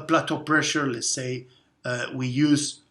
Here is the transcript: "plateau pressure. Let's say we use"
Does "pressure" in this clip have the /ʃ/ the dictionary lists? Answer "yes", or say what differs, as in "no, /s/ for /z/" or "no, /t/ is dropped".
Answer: yes